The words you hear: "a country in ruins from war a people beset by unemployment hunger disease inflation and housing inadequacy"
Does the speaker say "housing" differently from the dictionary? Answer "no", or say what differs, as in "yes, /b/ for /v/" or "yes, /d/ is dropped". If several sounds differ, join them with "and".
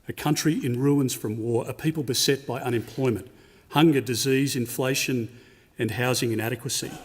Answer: no